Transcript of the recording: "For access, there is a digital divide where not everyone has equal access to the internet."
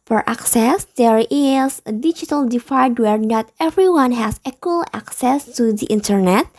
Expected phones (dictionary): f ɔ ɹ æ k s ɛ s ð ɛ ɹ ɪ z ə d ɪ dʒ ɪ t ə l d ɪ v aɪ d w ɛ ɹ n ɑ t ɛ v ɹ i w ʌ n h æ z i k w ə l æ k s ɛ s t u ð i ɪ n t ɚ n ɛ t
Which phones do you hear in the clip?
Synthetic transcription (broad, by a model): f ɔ ɹ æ k s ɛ s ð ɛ ɹ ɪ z ə d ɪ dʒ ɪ t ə l d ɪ f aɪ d w ɛ ɹ n ɑ t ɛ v ɹ i w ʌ n h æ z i k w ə l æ k s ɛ s t u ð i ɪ n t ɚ n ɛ t